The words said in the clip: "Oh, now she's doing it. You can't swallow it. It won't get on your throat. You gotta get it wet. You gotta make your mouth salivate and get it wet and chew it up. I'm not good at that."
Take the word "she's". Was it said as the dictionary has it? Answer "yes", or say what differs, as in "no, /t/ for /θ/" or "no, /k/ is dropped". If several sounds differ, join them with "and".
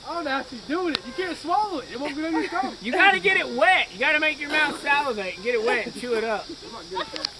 no, /s/ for /ʃ/